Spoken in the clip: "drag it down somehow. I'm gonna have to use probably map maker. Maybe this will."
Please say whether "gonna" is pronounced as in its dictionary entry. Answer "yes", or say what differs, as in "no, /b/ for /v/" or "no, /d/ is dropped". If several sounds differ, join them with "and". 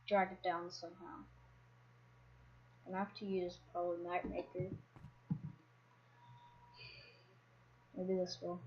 no, /n/ is dropped